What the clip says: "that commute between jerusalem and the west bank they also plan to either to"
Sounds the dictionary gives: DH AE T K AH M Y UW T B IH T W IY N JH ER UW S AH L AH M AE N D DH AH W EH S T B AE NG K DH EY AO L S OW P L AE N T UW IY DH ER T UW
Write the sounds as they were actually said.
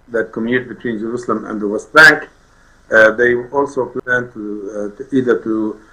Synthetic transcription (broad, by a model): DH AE T K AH M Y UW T B IH T W IY N JH ER UW S AH L AH M AE N D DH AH W EH S T B AE NG K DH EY AO L S OW P L AE N T UW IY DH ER T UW